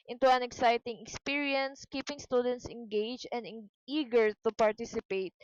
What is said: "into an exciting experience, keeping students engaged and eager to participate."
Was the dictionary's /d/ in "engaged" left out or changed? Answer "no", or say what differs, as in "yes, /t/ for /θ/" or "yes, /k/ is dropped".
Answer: yes, /d/ is dropped